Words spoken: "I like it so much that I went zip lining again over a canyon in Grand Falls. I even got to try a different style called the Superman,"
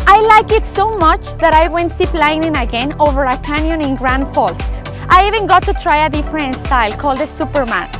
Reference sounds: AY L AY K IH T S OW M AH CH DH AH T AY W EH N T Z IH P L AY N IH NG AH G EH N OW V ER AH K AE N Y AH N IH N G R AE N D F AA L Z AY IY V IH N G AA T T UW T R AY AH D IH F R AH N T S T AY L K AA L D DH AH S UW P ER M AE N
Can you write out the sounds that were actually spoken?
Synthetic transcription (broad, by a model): AY L AY K IH T S OW M AH CH DH AH T AY W EH N T S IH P L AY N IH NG AH G EH N OW V ER AH K AE N Y AH N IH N G R AE N D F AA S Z AY IY V IH N G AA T T UW T R AY AH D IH F R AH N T S T AY L K AA L D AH S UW P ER M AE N